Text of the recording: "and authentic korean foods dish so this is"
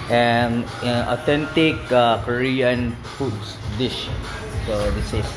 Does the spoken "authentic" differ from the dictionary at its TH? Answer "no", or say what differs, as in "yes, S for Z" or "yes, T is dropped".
yes, T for TH